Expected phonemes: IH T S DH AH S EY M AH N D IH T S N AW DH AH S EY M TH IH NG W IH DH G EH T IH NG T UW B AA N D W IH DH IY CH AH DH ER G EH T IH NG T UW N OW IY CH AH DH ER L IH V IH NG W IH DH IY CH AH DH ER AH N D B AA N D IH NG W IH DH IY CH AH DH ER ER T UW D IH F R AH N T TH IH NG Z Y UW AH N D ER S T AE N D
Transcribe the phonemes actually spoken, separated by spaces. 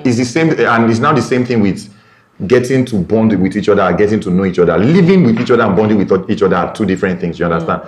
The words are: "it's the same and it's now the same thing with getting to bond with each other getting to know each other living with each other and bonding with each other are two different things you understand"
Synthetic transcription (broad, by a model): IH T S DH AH S EY M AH N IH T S N AW DH AH S EY M TH IH NG W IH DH G EH T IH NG T UW B AA N D W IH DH IY CH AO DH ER G EH T IH NG T UW N OW IY CH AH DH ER L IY V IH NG W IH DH IY CH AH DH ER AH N B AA N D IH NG W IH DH IY CH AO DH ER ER T UW D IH F R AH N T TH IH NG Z Y UW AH N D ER S T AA N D